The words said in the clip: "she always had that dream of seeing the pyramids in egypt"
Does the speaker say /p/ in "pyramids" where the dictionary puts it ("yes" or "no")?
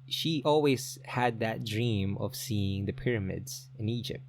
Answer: yes